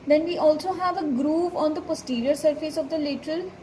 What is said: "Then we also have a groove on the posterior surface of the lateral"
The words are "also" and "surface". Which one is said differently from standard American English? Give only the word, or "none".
none